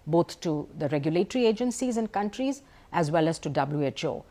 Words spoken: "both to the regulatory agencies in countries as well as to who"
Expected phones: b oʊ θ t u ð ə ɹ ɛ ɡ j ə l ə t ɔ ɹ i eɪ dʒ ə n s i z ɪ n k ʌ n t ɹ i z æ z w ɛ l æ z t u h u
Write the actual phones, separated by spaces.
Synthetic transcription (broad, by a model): b oʊ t t u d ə ɹ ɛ ɡ j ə l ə t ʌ ɹ i eɪ dʒ ə n s i z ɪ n k ʌ n t ɹ i z æ z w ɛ l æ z t u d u